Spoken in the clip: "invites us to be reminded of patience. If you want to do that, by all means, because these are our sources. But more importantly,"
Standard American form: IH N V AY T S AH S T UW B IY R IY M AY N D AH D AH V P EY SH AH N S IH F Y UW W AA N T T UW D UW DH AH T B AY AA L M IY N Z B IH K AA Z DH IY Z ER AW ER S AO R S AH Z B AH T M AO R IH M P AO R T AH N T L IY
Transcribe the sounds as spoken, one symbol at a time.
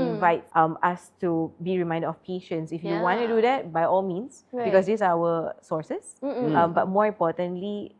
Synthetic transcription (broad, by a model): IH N V AY T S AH S T UW B IY R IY M AY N D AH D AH F P EY SH AH N S IH F Y UW W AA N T T UW D UW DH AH T B AY AA L M IY N S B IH K AA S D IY S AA AW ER S AO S S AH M B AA T M AO R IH M P AO T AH N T L IY